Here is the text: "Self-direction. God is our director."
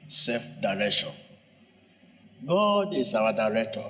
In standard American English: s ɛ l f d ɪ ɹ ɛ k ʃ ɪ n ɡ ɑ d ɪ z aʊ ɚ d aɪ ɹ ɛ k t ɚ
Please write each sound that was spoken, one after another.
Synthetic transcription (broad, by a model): s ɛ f d ɪ ɹ ɛ k ʃ ɪ n ɡ ɑ d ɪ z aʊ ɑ d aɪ ɹ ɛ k t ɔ